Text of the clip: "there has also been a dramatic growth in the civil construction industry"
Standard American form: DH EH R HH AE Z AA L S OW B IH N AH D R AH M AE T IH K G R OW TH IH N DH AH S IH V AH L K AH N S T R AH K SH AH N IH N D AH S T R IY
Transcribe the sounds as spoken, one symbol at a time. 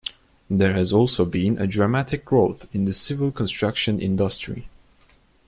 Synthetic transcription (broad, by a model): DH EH R HH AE Z AA L S OW B IH N AH D R AH M AE T IH K G R OW TH IH N DH AH S IH V AH L K AH N S T R AH K SH AH N IH N D AH S T R IY